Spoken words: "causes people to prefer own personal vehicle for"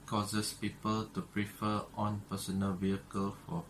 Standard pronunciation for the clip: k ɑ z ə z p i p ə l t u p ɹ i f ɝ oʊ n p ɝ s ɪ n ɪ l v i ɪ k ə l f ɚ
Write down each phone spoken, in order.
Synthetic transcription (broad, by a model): k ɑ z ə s p i p ə l t u p ɹ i f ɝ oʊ n p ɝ s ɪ n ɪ l v i ɪ k ə l f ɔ